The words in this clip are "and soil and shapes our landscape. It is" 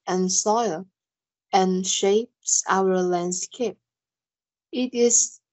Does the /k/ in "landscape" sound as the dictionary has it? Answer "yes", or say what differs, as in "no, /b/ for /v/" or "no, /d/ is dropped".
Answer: yes